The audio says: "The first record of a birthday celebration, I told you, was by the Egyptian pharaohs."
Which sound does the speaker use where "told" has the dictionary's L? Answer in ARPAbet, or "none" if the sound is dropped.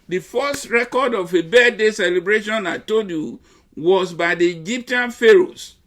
none